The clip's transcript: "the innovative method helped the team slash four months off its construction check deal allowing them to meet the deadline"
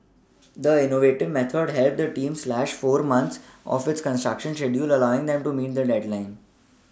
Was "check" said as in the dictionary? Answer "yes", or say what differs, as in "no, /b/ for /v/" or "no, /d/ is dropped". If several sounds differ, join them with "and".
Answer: no, /ʃ/ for /tʃ/